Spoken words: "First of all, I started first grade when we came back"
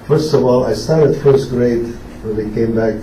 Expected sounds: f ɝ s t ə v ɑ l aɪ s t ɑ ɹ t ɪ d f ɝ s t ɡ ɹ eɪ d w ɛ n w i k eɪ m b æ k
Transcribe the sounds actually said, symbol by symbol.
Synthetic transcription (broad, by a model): f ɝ s t ə v ɑ l aɪ s t ɑ ɹ t ɪ d f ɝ s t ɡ ɹ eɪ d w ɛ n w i k eɪ m b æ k